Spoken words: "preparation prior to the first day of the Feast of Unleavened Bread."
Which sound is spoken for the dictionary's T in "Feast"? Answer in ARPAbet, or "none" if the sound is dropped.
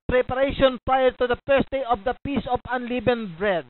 none